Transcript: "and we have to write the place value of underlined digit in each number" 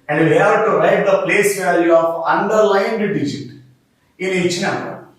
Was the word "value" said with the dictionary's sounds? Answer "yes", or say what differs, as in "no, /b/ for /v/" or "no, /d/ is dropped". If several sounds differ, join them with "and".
yes